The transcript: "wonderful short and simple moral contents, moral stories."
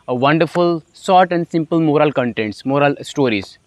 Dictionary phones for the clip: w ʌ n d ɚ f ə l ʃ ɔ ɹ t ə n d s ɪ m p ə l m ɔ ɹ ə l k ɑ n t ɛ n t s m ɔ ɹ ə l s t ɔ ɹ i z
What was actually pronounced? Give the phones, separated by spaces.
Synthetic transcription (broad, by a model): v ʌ n d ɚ f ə l s ɔ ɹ t ə n d s ɪ m p ə l m ɔ ɹ ə l k ɑ n t ɛ n t s m ɔ ɹ ə l s t ɔ ɹ i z